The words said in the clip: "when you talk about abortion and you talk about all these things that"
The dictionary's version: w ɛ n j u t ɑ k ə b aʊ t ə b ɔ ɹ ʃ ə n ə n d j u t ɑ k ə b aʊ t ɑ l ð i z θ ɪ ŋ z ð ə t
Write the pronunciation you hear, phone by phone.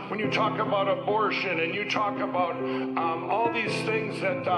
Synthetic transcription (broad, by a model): w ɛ n j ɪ t ɑ k ə b aʊ t ə b ɔ ɹ ʃ ə n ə n j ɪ t ɑ k ə b aʊ t ɑ l ð i z θ ɪ ŋ z ð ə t